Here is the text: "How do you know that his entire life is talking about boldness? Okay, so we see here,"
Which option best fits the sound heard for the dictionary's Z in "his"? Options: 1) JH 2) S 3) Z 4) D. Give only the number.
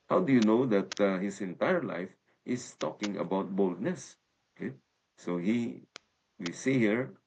2